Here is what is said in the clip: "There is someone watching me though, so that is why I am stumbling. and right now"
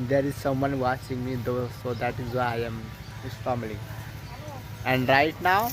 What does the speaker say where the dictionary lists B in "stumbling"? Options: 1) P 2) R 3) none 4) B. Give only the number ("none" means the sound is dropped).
3